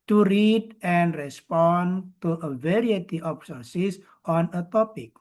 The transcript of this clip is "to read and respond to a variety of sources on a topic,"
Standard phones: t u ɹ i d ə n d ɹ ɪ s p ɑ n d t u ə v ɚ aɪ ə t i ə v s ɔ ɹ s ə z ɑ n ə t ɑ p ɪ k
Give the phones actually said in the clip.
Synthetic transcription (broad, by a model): t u ɹ i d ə n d ɹ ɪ s p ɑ n t u ə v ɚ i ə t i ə p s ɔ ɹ s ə s ɑ n ə t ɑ p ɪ k